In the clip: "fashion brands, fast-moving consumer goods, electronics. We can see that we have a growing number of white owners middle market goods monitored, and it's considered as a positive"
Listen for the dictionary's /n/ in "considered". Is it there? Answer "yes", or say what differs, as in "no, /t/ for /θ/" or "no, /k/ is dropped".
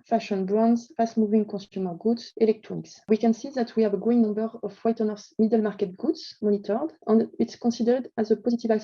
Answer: no, /n/ is dropped